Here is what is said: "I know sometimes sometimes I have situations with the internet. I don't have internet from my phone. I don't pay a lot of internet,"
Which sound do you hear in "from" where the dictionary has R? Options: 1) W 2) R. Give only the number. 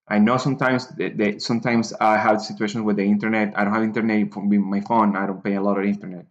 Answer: 1